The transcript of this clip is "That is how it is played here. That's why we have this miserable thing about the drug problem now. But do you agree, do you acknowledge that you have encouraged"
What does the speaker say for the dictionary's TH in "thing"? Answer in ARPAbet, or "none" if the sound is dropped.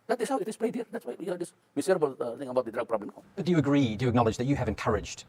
T